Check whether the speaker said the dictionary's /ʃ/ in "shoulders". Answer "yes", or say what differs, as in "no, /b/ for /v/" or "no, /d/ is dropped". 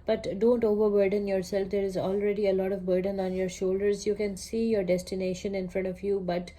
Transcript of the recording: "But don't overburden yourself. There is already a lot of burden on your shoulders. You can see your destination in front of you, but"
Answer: yes